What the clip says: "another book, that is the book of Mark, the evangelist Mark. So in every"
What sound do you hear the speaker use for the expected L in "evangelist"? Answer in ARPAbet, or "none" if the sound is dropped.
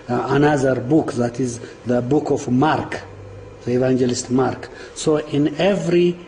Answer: L